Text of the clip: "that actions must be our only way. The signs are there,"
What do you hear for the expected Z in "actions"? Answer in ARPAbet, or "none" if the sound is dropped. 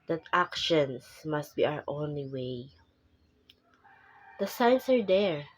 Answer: S